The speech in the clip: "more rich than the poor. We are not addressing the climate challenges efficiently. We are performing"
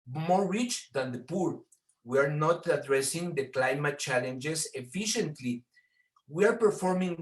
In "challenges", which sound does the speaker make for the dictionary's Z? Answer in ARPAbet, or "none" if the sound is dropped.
S